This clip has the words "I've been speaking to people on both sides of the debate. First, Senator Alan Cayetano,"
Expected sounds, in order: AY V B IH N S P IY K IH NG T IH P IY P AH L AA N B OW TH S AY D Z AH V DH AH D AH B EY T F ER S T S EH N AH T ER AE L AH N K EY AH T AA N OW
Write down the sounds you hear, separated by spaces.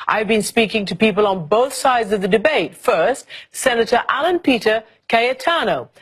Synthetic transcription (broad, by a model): AY V B IH N S P IY K IH NG T IH P IY P AH L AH N B OW TH S AY D Z AH V DH AH D AH B EY T F ER S T S EH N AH T ER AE L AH N K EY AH T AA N OW